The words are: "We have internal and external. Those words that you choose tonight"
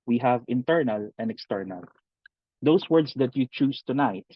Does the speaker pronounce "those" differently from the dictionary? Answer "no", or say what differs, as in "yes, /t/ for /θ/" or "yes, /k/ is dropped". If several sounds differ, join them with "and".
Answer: yes, /s/ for /z/